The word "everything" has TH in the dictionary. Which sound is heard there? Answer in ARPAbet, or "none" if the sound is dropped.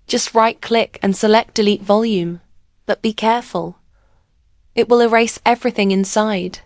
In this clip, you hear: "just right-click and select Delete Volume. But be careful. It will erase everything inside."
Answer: TH